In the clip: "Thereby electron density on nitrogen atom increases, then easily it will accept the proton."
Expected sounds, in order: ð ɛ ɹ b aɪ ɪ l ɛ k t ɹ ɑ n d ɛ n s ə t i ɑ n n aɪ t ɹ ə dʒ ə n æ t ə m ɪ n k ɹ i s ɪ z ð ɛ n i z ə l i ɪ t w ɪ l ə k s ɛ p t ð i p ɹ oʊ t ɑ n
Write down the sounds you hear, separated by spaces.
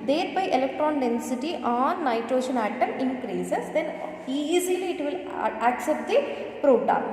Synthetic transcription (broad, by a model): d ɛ ɹ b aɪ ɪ l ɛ k t ɹ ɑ n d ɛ n s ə t i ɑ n n aɪ t ɹ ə ʃ ə n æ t ə m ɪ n k ɹ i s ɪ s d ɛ n i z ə l i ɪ t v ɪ l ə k s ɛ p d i p ɹ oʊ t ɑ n